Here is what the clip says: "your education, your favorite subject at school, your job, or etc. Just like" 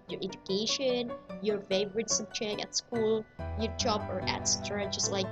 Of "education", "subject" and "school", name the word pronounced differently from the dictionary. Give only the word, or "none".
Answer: subject